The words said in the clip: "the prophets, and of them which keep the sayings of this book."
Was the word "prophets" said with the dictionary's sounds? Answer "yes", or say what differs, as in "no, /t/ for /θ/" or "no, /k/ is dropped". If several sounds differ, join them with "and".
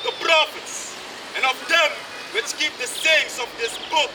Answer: yes